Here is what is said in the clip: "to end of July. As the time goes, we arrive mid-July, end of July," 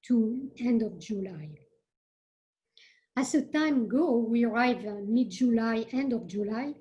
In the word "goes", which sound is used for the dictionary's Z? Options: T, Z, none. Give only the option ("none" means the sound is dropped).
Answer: none